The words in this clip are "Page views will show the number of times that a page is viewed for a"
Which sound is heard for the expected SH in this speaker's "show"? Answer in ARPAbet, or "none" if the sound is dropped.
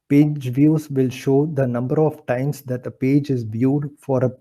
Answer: SH